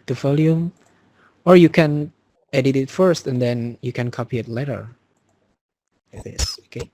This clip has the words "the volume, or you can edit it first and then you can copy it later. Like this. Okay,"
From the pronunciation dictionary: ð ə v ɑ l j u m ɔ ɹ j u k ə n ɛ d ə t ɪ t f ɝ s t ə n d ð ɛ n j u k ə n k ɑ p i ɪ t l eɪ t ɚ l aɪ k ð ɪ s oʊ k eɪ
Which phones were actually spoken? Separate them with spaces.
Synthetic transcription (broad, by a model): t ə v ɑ l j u m ɔ ɹ j u k ə n ɛ d ə t ɪ t f ɝ s t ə n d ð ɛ n j u k ə n k ɑ p i ɪ t l eɪ t ɚ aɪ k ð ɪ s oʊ k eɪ